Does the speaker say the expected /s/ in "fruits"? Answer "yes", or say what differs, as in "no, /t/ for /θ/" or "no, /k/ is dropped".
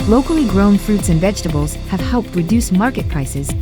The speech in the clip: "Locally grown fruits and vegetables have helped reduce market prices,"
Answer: yes